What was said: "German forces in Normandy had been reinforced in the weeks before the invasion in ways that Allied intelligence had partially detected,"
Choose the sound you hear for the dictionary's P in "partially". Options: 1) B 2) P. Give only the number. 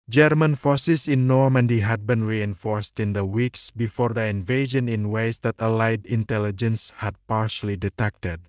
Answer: 2